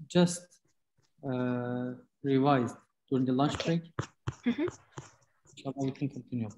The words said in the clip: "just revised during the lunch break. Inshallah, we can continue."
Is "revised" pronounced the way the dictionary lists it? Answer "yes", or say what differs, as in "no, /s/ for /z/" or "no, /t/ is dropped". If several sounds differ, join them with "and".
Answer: yes